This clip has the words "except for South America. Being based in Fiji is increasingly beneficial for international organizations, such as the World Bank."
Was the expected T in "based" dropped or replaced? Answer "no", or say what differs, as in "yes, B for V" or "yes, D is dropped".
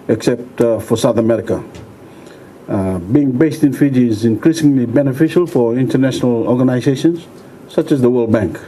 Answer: no